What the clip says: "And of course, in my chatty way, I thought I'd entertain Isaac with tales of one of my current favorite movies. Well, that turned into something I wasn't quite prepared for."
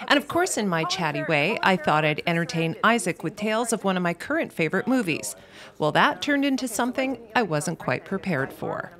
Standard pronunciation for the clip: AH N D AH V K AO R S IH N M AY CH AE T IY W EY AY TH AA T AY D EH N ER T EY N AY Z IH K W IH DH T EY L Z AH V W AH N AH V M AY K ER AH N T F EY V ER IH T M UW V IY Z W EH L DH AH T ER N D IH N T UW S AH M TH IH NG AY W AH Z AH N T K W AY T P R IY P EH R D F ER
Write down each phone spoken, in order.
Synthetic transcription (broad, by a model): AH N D AH V K AO R S IH N M AY CH AE T IY W EY AY TH AA T AY D EH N ER T EY N AY Z IH K W IH DH T EY L Z AH V W AH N AH V M AY K ER AH N T F EY V ER IH T M UW V IY Z W EH L DH AH T ER N D IH N T UW S AH M TH IH NG AY W AH Z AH N K W AY T P R IY P EH R D F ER